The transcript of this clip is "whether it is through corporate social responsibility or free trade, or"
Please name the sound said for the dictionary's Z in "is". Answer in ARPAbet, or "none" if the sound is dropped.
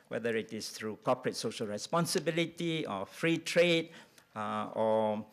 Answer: S